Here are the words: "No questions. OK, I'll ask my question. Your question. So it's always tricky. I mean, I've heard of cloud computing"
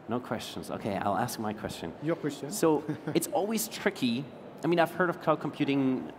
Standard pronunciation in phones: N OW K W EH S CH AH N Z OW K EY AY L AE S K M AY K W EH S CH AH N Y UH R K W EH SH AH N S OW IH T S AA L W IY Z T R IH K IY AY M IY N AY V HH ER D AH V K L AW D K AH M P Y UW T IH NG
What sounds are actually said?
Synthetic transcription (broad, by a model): N OW K W EH S CH AH N Z OW K EY AY L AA S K M AY K W EH S CH AH N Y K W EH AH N S OW IH T S AA L W IY Z T R IH K IY AY M IY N AY V HH ER D AH V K AW K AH M P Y UW T IH NG